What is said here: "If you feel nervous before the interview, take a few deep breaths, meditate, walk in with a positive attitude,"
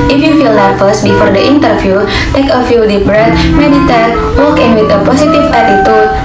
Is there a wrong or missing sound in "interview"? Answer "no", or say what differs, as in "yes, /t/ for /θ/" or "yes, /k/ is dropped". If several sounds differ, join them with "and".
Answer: yes, /f/ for /v/